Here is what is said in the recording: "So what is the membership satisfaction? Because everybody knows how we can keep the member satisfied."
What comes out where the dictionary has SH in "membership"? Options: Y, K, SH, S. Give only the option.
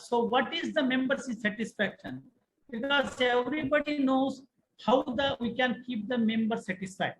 S